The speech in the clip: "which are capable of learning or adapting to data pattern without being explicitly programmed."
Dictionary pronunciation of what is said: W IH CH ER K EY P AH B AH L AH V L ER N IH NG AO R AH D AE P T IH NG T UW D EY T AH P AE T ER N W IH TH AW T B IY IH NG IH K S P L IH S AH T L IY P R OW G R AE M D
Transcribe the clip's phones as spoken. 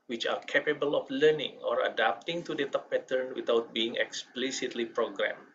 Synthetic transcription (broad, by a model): W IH CH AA K EY P AH B AH L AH F L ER N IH NG AO R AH D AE P T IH NG T UW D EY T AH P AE T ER N W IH T AW T B IY IH NG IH K S P L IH S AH T L IY P R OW G R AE M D